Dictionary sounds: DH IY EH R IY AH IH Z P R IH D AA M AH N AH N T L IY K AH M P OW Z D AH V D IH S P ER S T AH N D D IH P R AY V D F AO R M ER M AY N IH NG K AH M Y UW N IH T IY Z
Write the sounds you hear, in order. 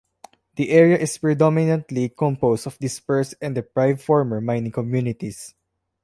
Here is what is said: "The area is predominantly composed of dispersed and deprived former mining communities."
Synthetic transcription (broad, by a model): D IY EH R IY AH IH S P R IH D AA M AH N AH N T L IY K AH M P OW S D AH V D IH S P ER S AH N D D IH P R AY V F AO R M ER M AY N IH NG K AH M Y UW N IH T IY S